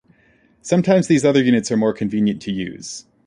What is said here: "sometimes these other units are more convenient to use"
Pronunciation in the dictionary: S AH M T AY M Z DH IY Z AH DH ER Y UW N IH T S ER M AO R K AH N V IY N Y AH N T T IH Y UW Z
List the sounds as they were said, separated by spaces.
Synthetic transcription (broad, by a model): S AH M T AY M Z DH IY Z AH DH ER Y UW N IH T S ER M AO R K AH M V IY N Y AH N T T IH Y UW Z